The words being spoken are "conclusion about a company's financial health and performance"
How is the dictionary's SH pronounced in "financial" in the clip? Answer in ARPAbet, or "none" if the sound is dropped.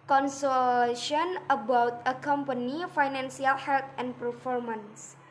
S